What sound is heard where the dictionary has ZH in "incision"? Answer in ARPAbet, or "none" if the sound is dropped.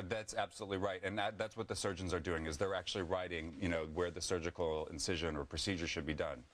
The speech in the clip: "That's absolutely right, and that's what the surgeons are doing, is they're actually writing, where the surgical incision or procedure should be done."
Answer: ZH